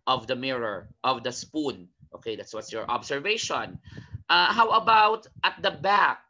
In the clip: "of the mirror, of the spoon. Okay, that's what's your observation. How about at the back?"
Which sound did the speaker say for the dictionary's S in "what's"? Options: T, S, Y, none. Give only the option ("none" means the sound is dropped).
S